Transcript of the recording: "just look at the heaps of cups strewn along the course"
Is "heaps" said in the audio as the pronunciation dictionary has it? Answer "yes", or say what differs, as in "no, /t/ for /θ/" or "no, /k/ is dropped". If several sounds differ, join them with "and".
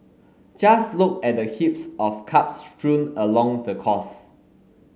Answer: yes